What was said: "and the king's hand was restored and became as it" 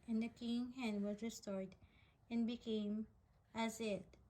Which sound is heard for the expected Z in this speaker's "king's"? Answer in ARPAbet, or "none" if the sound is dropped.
none